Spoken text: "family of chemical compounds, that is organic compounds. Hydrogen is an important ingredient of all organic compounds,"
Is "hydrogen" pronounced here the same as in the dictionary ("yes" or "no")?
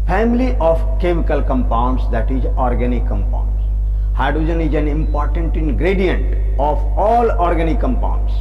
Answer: no